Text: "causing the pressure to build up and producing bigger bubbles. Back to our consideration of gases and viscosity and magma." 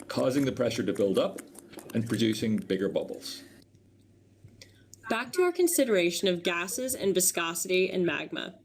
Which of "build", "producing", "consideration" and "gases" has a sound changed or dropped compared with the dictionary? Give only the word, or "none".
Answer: none